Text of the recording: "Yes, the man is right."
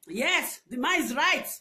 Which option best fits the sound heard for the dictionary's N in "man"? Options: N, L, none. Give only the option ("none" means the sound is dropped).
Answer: none